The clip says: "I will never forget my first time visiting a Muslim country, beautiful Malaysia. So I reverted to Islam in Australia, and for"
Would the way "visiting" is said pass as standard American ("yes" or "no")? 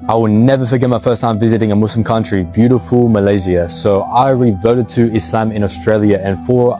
yes